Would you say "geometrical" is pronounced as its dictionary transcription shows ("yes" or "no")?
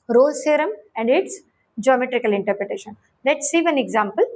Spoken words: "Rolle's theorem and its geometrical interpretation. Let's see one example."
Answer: yes